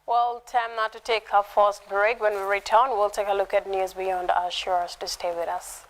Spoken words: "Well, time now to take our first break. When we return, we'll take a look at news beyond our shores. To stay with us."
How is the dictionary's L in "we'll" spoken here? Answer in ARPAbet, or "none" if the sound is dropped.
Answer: L